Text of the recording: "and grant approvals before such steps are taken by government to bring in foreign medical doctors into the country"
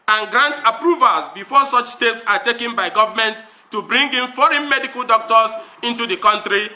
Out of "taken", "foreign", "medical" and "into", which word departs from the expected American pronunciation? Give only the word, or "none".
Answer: none